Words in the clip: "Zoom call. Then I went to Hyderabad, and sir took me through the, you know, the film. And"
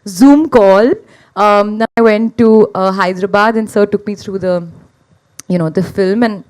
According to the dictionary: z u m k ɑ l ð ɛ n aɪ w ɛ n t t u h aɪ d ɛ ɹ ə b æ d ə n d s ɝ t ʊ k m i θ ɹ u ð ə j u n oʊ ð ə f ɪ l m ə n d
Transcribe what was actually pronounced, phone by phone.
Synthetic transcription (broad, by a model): z u m k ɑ l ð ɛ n aɪ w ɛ n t t u h aɪ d ɹ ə b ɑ d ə n s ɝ t ʊ k m i t ɹ u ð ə j u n oʊ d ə f ɪ l m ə n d